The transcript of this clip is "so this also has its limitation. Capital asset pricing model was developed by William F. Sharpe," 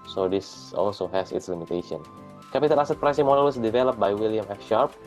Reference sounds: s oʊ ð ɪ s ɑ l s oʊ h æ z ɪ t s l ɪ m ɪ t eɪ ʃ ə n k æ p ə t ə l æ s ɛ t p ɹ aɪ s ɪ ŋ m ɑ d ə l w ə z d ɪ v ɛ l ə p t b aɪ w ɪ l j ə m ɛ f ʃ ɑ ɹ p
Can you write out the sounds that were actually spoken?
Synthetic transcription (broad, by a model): s oʊ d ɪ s ɑ l s oʊ h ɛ s ɪ t s l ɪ m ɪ t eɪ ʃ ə n k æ p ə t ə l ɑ s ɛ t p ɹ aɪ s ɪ m ɑ d ə l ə s d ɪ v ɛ l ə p b aɪ w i l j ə m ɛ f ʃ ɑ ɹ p